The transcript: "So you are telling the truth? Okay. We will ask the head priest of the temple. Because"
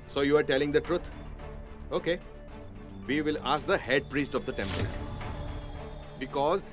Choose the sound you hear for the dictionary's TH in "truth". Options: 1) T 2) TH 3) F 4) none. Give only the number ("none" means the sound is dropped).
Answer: 1